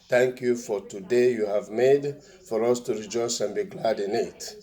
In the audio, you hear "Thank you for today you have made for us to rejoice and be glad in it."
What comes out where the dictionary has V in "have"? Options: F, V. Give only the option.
V